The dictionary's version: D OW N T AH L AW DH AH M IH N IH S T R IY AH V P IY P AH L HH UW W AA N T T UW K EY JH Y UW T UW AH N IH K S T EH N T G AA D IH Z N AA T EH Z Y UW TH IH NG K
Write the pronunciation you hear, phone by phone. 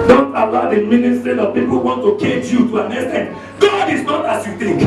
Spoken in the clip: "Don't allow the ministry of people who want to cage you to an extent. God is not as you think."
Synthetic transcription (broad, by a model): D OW N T AH L AW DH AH M IH N IH S T R IY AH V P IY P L HH UW W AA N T T UW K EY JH Y UW T UW AH N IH S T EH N G AA D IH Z N AA T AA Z Y UW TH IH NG K